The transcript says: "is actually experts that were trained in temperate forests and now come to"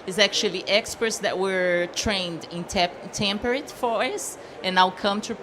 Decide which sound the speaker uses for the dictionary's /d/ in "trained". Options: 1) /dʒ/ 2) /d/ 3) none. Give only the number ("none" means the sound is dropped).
2